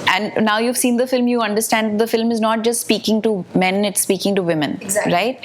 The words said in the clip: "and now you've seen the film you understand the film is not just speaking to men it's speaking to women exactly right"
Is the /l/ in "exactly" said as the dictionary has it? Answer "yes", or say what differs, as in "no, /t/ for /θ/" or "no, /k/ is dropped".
no, /l/ is dropped